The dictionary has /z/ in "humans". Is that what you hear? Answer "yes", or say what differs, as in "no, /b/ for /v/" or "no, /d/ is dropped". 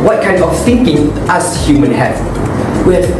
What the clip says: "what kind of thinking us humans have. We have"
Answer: no, /z/ is dropped